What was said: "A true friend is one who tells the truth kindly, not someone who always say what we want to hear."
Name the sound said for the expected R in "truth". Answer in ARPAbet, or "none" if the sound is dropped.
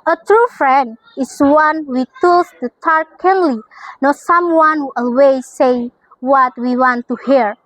none